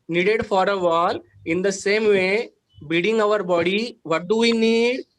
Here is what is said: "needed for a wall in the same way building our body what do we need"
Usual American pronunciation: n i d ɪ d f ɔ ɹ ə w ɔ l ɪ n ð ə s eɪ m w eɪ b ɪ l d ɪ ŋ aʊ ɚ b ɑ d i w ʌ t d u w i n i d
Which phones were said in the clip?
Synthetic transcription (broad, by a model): n i d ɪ d f ɔ ɹ ə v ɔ l ɪ n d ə s eɪ m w eɪ b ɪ d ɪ ŋ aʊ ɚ b ɑ d i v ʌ t d u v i n i d